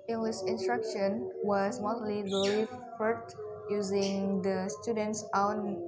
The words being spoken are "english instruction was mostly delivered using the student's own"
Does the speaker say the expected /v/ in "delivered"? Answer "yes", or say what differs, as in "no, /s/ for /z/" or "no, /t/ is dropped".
no, /f/ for /v/